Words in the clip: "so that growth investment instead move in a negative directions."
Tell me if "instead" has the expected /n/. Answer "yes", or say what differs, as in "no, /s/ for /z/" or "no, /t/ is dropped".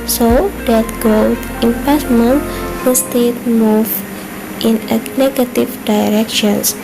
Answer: no, /n/ is dropped